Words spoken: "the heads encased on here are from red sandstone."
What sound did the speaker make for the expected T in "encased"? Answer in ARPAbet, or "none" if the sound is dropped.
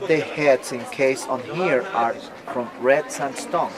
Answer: none